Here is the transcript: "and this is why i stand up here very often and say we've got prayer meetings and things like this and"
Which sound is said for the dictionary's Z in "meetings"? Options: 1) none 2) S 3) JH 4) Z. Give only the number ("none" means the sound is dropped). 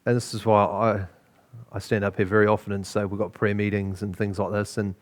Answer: 4